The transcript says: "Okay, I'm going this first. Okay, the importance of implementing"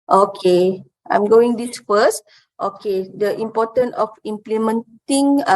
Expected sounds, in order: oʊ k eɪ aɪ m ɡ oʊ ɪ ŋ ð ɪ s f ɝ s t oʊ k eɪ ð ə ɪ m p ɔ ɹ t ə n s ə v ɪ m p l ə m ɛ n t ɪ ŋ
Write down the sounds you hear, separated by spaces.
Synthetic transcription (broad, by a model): oʊ k eɪ aɪ m ɡ oʊ ɪ ŋ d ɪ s f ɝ s t oʊ k eɪ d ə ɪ m p ɔ t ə n ə f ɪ m p l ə m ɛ n t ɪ ŋ